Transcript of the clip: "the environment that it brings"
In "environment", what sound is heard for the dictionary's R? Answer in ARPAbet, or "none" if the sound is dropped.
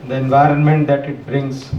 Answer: R